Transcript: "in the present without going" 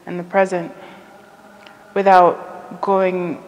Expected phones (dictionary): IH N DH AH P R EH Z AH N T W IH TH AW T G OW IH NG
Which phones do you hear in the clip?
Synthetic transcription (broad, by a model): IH N DH AH P R EH Z AH N T W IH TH AW T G OW IH NG